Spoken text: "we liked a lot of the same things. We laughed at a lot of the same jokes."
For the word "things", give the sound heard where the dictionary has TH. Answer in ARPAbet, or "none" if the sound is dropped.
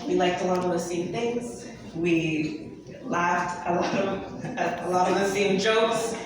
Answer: TH